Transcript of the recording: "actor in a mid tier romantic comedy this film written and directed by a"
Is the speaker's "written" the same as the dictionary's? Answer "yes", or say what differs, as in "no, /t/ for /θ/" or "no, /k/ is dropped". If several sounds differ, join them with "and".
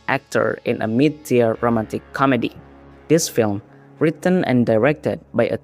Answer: yes